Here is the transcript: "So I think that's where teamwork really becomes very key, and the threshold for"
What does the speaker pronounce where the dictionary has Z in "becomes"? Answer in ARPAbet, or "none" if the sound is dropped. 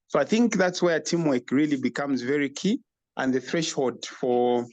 Z